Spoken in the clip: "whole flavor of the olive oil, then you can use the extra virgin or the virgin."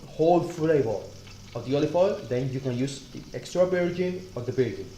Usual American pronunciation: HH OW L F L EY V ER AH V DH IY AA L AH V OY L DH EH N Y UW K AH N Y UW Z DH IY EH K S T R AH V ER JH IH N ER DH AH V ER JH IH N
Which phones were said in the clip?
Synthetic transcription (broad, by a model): HH OW L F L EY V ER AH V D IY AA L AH F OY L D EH N Y UW K AH N Y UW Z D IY EH K S T R AH B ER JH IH N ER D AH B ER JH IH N